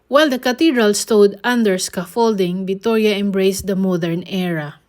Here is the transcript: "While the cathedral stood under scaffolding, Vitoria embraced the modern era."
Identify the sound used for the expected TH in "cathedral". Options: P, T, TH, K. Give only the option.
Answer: T